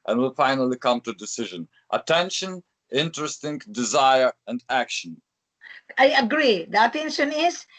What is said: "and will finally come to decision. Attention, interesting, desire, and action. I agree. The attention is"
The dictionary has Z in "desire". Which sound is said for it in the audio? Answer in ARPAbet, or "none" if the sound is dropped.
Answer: Z